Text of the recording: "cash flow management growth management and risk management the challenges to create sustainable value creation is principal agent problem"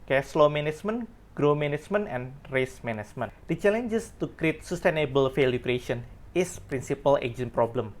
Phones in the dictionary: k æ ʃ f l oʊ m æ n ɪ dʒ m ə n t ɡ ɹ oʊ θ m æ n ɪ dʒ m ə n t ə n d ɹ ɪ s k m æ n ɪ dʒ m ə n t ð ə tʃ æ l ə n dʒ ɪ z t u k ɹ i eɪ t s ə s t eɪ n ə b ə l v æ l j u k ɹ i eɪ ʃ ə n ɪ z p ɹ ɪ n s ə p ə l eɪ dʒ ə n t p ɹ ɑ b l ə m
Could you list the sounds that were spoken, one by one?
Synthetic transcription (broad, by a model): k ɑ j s l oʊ m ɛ n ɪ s m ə n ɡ ɹ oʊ m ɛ n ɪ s m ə n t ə n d ɹ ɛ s m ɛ n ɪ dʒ m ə n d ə tʃ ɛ l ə n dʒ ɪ s t u k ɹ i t s ə s t eɪ n ə b ə l f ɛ l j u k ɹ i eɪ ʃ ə n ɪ s p ɹ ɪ n s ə p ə l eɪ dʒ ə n p ɹ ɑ b l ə m